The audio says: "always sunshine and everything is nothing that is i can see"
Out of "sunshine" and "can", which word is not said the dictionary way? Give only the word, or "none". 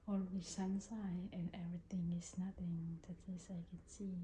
sunshine